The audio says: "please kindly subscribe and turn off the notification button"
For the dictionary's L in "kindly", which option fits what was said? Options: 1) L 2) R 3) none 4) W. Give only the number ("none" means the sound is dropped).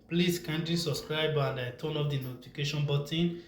3